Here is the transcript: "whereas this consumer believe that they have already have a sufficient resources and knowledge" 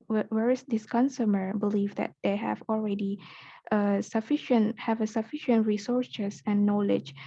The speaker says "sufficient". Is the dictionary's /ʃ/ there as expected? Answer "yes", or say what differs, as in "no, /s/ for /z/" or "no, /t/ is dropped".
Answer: yes